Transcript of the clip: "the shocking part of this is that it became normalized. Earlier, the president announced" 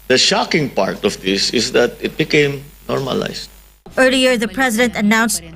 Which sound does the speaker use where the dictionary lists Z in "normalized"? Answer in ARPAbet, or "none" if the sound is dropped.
S